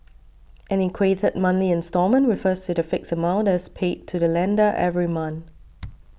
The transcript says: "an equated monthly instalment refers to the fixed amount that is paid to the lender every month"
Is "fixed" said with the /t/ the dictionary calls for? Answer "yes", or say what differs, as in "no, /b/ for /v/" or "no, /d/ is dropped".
no, /t/ is dropped